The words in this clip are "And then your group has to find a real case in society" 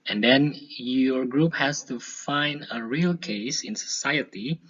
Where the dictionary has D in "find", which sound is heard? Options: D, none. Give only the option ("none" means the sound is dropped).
D